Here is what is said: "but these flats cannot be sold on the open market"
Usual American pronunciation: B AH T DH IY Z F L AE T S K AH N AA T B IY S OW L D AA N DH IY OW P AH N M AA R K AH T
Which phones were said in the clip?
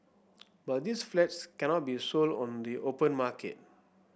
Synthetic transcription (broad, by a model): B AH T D IY S F L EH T S K AH N AA T B IY S OW L D AA N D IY OW P AH N M AA K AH T